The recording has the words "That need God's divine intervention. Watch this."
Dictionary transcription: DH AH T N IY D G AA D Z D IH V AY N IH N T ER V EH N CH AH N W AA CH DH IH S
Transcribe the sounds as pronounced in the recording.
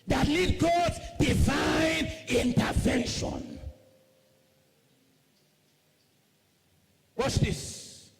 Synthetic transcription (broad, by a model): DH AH T L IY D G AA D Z D IH V AY N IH N T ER V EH N SH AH N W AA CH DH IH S